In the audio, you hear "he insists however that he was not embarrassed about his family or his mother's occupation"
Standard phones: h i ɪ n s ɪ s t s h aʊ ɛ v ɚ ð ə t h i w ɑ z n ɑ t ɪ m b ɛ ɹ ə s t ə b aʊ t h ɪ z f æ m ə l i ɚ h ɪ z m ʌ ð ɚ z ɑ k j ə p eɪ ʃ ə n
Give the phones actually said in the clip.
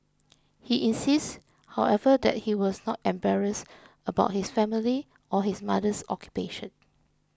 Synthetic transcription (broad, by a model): h i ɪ n s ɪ s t h aʊ ɛ v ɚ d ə t h i w ɑ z n ɑ t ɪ m b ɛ ɹ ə s ə b aʊ t h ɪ s f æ m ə l i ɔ h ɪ s m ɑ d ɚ s ɑ k j ə p eɪ ʃ ə n